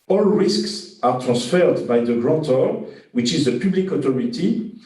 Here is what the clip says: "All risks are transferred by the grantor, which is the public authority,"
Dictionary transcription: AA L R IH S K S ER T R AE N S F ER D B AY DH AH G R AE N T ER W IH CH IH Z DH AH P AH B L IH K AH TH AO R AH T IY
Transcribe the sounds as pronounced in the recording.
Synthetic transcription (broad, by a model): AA L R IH S K S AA T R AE S F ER D B AY DH AH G R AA T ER W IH CH IH Z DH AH P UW B L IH K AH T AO R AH T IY